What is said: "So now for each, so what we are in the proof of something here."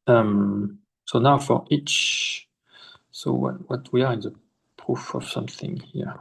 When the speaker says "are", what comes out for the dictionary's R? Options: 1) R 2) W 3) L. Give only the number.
1